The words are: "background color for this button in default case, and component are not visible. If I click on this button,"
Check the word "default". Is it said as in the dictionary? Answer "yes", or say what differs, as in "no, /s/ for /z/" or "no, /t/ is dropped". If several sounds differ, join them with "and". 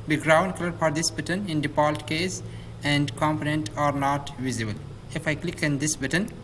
no, /p/ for /f/